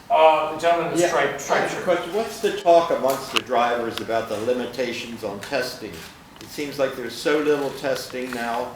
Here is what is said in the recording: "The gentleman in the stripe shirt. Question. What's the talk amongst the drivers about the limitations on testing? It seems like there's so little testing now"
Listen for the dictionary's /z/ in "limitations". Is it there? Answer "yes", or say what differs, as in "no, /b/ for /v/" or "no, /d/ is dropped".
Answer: yes